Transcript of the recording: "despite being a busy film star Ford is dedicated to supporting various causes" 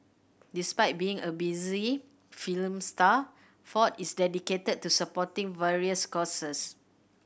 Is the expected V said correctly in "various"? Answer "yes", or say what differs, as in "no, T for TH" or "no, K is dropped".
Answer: yes